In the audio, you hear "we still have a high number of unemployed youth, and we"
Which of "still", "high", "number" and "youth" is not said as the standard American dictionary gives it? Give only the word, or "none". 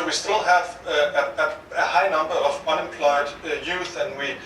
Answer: none